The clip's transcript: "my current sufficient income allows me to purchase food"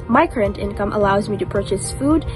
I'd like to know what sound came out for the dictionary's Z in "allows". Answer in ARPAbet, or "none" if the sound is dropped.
Z